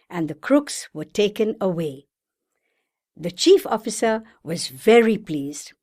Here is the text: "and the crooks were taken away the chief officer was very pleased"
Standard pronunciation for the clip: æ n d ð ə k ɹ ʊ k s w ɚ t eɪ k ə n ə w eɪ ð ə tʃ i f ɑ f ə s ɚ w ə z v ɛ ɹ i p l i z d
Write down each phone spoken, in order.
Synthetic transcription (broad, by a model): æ n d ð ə k ɹ ʊ k s w ɚ t eɪ k ə n ə w eɪ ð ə tʃ i f ɑ f ə s ɚ w ə z v ɛ ɹ i p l i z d